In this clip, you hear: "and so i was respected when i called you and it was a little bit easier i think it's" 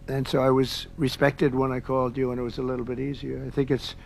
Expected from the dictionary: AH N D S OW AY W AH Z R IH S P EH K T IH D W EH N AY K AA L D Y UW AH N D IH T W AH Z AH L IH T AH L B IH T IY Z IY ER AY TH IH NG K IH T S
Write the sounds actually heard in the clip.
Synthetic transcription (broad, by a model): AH N S OW AY W AH Z R IH S P EH K T IH D W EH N AY K AA L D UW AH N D IH T W AH Z AH L IH T L B IH T IY Z IY ER AY TH IH NG K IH T S